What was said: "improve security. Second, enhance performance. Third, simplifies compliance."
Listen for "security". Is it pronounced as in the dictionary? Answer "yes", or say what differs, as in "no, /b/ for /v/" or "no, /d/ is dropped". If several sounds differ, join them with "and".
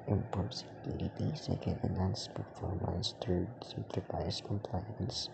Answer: no, /l/ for /ɹ/